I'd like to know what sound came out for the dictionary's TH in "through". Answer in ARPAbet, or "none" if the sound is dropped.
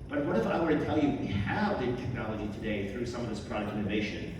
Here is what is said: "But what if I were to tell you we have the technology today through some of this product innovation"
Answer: TH